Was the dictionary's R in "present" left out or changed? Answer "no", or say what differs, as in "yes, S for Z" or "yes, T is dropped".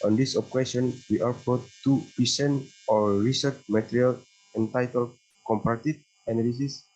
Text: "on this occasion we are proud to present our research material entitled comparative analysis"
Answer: yes, R is dropped